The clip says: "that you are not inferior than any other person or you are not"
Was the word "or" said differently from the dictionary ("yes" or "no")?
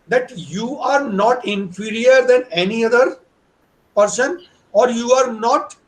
no